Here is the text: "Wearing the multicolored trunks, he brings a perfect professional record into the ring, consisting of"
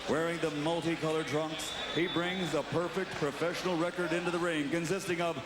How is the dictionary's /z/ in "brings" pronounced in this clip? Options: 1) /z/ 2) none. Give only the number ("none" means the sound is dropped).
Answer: 1